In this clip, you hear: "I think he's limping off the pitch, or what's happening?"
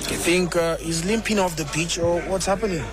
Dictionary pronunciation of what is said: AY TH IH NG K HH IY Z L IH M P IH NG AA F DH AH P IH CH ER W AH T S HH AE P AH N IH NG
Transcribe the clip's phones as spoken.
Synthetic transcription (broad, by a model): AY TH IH NG K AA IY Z L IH M P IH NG AA F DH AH B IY CH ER W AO T S HH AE P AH N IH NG